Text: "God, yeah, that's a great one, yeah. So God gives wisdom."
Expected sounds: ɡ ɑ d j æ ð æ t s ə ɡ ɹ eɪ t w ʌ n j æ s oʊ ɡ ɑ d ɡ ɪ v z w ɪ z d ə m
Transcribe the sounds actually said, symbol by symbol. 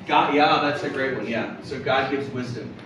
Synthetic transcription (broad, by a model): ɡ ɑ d j æ ð æ t s ə ɡ ɹ eɪ t w ʌ n j æ s oʊ ɡ ɑ d ɡ ɪ v z w ɪ z d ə m